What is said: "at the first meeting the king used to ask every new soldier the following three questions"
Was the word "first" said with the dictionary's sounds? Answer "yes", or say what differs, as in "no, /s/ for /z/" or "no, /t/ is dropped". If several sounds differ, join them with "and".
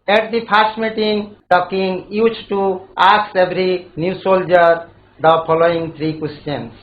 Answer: no, /p/ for /f/